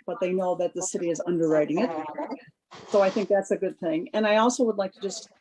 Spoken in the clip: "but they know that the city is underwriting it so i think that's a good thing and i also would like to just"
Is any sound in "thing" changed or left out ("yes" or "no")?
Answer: no